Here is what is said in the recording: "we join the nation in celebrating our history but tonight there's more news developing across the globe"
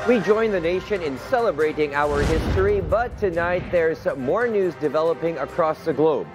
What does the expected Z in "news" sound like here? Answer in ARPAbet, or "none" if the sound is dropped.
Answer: Z